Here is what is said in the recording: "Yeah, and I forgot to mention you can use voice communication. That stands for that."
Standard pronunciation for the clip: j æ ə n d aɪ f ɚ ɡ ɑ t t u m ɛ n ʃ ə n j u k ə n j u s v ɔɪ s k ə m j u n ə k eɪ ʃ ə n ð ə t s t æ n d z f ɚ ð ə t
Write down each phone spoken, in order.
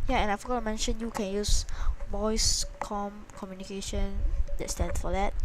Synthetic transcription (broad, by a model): j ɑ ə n aɪ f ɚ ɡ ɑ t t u m ɛ n ʃ ə n j u k ə n j u s b ɔɪ s k ə m j u n ə k eɪ ʃ ə n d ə t s t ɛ n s f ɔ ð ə t